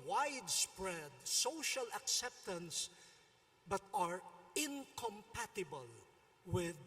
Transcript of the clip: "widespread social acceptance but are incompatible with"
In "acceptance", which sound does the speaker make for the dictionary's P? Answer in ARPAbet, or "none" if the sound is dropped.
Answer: P